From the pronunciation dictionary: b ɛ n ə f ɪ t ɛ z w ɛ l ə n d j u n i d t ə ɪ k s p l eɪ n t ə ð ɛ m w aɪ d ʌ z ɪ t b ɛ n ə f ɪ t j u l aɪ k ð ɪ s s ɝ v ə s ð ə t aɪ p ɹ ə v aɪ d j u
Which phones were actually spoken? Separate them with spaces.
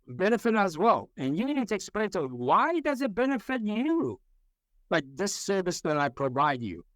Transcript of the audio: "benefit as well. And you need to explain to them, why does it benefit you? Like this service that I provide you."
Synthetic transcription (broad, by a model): b ɛ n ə f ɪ t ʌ z w ɛ l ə n j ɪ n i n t ɪ k s p l eɪ n t ə w aɪ d ʌ z ɪ t b ɛ n ə f ɪ t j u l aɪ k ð ɪ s s ɝ v ə s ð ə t aɪ p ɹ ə v aɪ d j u